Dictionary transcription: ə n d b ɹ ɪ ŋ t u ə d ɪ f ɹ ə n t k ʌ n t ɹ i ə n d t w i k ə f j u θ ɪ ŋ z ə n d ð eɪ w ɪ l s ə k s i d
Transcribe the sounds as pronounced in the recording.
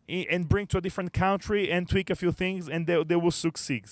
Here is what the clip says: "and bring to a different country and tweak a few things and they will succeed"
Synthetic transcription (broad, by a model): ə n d b ɹ ɪ ŋ t u ə d ɪ f ɹ ə n t k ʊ n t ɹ i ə n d t w i k ə f j u θ ɪ ŋ z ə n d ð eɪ w ɪ l s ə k s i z